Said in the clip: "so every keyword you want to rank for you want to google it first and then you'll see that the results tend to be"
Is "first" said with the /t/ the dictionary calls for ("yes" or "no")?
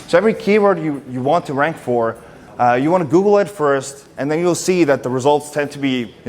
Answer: yes